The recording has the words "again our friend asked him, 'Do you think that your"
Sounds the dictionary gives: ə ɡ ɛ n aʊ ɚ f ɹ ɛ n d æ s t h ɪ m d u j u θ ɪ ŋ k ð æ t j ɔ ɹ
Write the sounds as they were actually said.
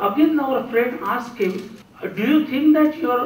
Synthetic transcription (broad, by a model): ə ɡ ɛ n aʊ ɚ f ɹ ɛ n d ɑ s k h ɪ m d u j u t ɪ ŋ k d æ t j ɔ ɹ